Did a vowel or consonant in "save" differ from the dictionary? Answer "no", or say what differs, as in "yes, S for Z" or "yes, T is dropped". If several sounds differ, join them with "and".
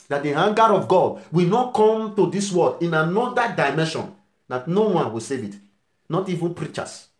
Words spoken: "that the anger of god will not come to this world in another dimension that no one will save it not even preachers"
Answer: no